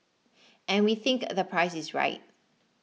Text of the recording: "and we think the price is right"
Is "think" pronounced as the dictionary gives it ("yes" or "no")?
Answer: yes